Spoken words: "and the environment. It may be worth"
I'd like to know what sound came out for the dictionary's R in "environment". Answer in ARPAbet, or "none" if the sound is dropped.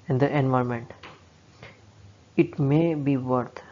none